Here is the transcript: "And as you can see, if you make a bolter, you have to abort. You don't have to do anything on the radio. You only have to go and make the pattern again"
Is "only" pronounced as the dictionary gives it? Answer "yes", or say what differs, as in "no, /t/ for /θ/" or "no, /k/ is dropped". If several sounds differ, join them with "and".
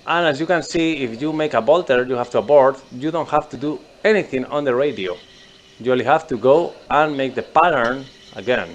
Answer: no, /n/ is dropped